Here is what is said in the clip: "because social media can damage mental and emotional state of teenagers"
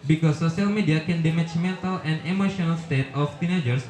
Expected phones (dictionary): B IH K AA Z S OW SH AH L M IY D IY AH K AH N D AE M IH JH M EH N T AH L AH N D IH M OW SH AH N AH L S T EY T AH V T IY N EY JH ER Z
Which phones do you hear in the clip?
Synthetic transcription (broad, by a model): B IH K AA S OW S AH L M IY D IY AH K AH N D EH M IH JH M EH N T AH L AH N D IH M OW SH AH N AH L S T EY T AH F T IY N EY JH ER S